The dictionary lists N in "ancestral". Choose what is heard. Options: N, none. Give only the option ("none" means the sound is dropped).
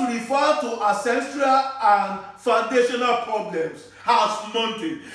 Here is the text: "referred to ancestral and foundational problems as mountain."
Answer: none